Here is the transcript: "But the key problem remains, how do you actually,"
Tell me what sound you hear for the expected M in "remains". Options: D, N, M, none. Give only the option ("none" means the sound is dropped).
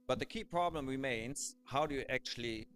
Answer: M